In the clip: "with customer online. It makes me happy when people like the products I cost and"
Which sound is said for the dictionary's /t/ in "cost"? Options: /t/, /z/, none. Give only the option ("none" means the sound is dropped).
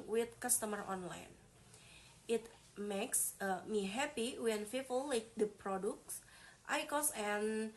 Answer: none